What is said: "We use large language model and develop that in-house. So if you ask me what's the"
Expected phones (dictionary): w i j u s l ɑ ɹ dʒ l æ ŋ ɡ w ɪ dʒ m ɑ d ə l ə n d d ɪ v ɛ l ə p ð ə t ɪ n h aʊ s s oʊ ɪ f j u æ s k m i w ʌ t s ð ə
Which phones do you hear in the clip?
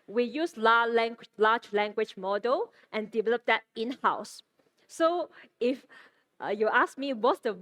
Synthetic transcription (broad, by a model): w i j u s l ɑ l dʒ l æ ŋ ɡ w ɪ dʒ m ɑ d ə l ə n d d ɪ v ɛ l ə p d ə t ɪ n h aʊ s s oʊ ɪ f j u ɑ s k m i w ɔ t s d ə